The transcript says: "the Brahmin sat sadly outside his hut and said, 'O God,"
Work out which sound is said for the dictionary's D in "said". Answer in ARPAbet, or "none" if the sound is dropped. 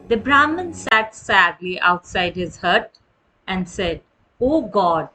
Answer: D